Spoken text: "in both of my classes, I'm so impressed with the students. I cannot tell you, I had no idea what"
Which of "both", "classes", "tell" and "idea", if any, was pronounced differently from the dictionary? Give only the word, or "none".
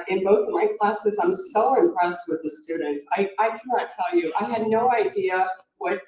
none